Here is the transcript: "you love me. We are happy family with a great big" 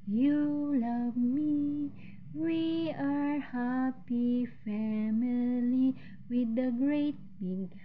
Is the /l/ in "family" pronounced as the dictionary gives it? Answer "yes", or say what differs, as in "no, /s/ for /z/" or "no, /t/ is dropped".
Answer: yes